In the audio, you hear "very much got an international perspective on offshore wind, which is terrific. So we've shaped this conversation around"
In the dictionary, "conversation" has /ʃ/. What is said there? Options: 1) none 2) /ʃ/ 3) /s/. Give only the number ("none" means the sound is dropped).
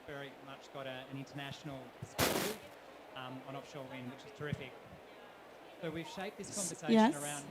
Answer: 1